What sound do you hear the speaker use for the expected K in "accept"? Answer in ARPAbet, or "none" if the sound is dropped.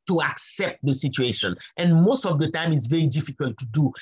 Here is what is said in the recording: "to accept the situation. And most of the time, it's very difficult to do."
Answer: K